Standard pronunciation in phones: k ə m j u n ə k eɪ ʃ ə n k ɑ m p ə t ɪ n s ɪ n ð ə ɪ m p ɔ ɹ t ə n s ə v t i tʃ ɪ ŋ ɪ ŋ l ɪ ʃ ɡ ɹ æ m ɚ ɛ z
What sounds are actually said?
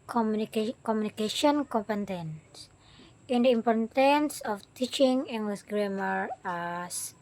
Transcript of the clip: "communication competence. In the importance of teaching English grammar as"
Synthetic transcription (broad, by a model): k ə m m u n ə k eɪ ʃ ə n k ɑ m p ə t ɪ n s ɪ n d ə ɪ m p ɔ ɹ t ə n s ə f t i tʃ ɪ ŋ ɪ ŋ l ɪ s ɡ ɹ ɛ m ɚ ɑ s